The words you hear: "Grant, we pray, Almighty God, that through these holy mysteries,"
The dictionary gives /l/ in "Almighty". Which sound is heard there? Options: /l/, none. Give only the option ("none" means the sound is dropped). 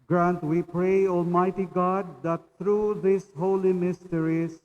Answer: /l/